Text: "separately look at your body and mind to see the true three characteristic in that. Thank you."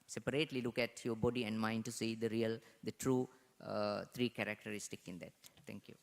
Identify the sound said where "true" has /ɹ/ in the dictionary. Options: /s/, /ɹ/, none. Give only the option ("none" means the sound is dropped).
/ɹ/